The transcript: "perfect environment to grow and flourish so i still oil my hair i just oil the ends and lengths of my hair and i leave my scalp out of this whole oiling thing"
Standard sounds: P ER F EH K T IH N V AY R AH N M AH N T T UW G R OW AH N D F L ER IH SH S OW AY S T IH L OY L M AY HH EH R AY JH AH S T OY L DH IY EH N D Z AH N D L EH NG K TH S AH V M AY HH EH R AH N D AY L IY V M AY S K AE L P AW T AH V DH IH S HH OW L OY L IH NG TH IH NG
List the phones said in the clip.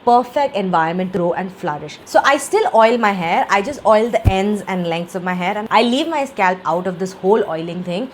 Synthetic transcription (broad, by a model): P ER F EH K T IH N V AY AH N M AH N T T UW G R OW AH N D F L ER IH SH S OW AY S T IH L OY L M AY HH EH R AY JH AH S T OY L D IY EH N D Z AH N D L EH NG K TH S AH V M AY HH EH R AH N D AY L IY V M AY S K AE L P AW T AH V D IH S HH OW L OY L IH NG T IH NG